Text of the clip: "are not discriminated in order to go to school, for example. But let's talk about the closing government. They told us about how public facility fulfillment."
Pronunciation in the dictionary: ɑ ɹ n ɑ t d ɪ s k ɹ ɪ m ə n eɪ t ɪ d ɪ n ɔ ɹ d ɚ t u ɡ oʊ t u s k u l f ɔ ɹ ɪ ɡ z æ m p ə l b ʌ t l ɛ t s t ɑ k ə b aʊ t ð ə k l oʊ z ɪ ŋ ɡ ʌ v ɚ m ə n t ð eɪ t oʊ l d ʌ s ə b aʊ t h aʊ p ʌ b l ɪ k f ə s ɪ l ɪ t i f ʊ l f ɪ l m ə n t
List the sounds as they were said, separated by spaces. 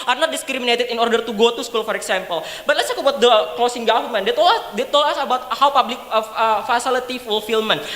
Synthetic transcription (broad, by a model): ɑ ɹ n ɑ t d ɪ s k ɹ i m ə n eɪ t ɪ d ɪ n ɔ ɹ d ɚ t u ɡ oʊ t u s k u l f ɔ ɹ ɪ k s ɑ m p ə l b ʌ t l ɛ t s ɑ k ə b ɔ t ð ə k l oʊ s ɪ ŋ ɡ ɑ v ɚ m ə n t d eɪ t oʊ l ʌ s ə b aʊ t h aʊ p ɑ b l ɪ k f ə s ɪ l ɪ t i f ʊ l f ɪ l m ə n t